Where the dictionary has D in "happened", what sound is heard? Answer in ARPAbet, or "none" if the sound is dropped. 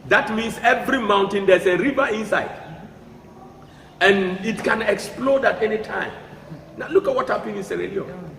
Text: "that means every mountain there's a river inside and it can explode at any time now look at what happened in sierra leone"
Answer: none